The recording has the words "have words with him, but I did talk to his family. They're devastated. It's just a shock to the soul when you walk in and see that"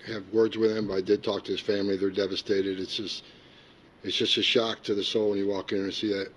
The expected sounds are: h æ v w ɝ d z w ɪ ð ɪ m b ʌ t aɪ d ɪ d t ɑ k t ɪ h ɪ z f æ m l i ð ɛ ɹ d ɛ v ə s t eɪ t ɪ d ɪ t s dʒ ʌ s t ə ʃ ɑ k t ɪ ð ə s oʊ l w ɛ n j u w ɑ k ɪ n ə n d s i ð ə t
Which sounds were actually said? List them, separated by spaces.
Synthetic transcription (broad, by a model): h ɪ v w ɝ d z w ɪ ð ɪ m b ʌ t aɪ d ɪ d t ɑ k t ɪ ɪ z f æ m l i ð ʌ ɹ d ɛ v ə s t eɪ t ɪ d ɪ t s dʒ ʌ s t ə ʃ ɑ k t ɪ ð ə s oʊ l w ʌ n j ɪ w ɑ k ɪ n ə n s i ð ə t